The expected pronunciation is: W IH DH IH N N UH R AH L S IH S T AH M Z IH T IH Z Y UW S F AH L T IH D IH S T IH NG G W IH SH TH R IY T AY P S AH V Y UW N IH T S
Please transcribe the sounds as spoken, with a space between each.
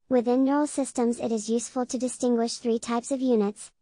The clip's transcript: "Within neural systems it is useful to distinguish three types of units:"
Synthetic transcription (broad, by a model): W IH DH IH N N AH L S IH S T AH M Z IH T IH Z Y UW S F AH L T IH D IH S T IH NG G W IH SH TH R IY T AY P S AH V Y UW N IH T S